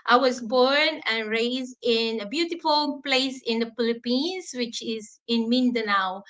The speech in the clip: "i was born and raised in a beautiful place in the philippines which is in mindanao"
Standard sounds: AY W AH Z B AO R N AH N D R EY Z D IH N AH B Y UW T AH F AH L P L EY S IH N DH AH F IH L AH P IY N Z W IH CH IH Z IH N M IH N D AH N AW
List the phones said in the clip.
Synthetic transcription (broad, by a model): AY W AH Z B AO R N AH N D R EY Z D IH N AH B Y UW T AH F AH L P L EY S IH N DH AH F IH L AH P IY N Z W IH CH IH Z IH N M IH N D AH N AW